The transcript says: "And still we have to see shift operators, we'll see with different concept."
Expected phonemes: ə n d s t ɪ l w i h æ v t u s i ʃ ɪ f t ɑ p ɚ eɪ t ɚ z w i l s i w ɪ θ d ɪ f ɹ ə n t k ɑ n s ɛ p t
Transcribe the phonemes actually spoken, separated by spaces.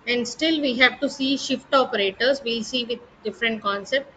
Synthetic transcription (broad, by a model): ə n d s t ɪ l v i h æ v t u s i ʃ ɪ f t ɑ p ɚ eɪ t ɚ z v i s i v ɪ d d ɪ f ɹ ə n t k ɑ n s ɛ p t